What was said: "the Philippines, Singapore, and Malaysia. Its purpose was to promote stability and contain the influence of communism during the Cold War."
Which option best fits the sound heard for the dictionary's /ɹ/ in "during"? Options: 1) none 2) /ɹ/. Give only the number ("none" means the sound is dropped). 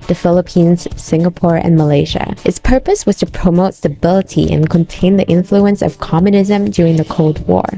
2